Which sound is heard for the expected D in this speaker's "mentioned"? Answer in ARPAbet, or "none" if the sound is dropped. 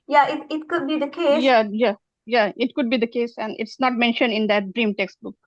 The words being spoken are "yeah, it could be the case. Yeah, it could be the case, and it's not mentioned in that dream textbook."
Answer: D